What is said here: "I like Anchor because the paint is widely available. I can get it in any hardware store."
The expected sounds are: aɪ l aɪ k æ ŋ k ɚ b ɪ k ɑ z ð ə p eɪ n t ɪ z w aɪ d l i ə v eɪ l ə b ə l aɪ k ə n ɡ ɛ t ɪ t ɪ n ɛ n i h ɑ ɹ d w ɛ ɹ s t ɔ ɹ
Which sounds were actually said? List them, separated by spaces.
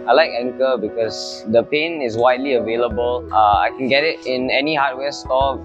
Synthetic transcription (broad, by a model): aɪ l aɪ k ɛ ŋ k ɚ b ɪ k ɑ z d ə p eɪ n ɪ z w aɪ d l i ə v eɪ l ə b ə l aɪ k ə n ɡ ɛ t ɪ t ɪ n ɛ n i h ɑ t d w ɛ s t ɔ